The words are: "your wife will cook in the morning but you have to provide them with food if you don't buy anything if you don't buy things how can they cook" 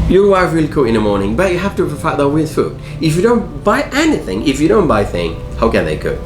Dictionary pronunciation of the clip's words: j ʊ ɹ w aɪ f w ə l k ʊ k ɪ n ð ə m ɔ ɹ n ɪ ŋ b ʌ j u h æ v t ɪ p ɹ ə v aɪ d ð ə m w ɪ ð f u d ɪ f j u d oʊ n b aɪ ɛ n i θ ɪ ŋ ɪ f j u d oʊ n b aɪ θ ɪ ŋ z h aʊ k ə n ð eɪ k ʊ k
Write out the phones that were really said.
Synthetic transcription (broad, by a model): j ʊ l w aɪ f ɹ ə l k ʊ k ɪ n ð ə m ɔ ɹ n ɪ ŋ b ʌ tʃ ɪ h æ f t ɪ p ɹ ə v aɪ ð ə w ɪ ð f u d ɪ f j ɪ d oʊ n b aɪ ɛ n i θ ɪ ŋ ɪ f j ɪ d oʊ n b aɪ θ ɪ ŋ h aʊ k ə n ð eɪ k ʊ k